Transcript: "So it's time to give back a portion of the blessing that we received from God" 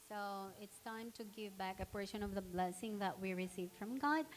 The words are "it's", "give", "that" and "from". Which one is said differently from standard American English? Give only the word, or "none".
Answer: none